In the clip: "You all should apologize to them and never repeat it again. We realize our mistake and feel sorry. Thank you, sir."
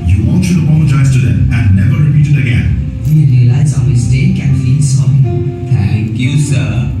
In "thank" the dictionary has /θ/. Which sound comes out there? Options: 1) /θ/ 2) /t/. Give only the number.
2